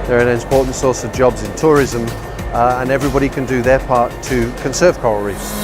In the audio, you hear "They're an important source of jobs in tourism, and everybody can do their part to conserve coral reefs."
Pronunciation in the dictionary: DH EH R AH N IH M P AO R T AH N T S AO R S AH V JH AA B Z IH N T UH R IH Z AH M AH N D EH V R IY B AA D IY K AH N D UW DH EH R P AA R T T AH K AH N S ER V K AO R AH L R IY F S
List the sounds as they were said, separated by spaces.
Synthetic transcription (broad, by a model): DH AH R AH N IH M P AO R T N T S AO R S AH V JH AA B Z IH N T UH R IH Z AH M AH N EH V R IY B AA D IY K AH N D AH DH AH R P AA R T T AH K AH N S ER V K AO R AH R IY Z